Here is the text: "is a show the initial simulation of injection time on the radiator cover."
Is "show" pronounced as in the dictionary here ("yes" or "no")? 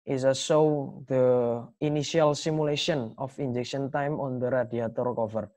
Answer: no